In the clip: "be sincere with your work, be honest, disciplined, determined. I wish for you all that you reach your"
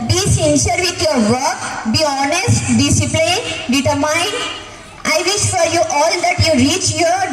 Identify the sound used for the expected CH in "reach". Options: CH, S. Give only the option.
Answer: CH